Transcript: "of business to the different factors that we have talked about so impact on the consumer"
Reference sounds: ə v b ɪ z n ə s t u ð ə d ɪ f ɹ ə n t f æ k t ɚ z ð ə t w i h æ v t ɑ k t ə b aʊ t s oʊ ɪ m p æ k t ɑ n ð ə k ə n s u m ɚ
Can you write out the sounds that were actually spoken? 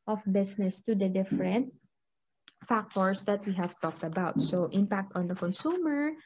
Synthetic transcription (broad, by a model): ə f b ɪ s n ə s t u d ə d ɪ f ɹ ə n t f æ k t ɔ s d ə t w i h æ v t ɑ k t ə b aʊ t s oʊ ɪ m p æ k t ɑ n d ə k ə n s u m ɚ